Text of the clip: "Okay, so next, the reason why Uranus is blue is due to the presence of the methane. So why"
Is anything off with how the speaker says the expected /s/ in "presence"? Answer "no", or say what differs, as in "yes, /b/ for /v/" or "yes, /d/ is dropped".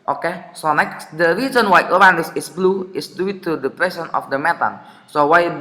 yes, /s/ is dropped